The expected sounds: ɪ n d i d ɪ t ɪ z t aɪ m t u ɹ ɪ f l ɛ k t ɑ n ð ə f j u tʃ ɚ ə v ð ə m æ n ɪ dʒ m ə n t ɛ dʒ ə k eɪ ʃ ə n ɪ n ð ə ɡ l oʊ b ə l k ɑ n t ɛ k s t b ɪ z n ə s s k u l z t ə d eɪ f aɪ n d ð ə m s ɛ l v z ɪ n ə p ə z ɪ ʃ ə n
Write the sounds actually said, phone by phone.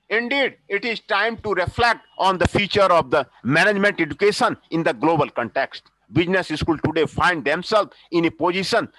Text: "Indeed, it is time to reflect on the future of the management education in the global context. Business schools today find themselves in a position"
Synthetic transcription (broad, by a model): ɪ n d i d ɪ t ɪ z t aɪ m t u ɹ ɪ f l ɛ k t ɑ n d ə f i tʃ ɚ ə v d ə m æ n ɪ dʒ m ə n t ɛ dʒ ə k eɪ ʃ ə n ɪ n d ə ɡ l oʊ b ə l k ɑ n t ɛ k s t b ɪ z n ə s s k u l t ə d eɪ f aɪ n d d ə m s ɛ l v ɪ n ə p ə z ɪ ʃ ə n